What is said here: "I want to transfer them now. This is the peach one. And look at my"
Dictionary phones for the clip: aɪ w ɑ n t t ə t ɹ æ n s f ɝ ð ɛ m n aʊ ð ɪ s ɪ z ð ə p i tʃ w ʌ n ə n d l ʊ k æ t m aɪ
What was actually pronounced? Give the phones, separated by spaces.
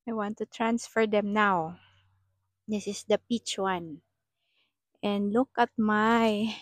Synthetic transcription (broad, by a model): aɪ w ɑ n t t ə t ɹ æ n s f ɝ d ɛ m n aʊ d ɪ s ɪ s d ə p i tʃ w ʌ n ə n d l ʊ k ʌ t m aɪ